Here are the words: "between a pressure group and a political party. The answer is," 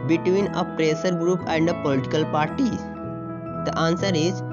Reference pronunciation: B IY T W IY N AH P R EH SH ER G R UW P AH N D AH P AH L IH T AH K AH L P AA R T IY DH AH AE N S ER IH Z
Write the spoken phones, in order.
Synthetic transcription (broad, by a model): B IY T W IY N AH P R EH S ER G R UW P AH N D AH P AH L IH T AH K AH L P AA R T IY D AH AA N S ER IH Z